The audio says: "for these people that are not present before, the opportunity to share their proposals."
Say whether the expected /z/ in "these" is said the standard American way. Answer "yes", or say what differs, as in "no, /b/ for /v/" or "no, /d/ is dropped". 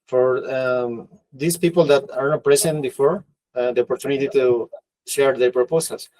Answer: no, /s/ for /z/